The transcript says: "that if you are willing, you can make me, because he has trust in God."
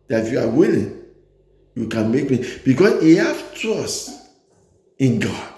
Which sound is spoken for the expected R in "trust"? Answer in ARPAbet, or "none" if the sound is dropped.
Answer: none